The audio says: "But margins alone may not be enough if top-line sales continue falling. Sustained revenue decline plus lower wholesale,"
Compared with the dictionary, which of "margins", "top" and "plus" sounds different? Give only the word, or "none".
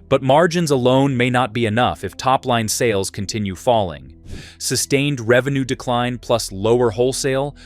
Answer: none